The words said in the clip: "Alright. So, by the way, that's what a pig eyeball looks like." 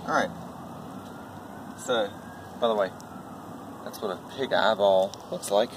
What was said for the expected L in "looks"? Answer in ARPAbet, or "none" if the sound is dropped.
W